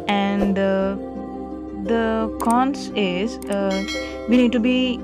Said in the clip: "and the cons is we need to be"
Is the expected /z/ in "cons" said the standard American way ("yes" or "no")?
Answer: no